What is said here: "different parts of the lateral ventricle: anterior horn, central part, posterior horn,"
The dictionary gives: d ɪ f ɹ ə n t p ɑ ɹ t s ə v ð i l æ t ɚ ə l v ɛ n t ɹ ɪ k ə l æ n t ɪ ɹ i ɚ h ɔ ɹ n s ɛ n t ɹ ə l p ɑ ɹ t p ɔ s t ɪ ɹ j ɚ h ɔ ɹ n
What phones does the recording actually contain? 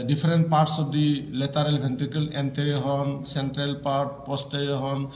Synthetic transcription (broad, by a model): d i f ɹ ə n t p ɑ ɹ t s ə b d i l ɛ t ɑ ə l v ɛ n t ɪ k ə l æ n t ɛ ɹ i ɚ h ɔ n s ɛ n t ɹ ə l p ɑ ɹ t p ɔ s t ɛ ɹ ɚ h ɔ n